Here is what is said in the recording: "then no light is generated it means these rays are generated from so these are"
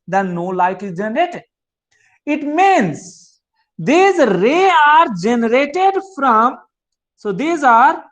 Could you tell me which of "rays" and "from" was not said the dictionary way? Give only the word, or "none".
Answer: rays